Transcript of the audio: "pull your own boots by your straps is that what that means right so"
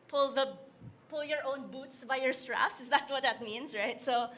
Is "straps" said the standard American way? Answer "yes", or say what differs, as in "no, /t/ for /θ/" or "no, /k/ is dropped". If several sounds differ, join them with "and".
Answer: no, /f/ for /p/